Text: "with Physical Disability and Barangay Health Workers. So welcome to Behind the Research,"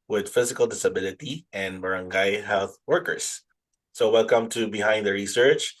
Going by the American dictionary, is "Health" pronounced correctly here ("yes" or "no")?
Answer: yes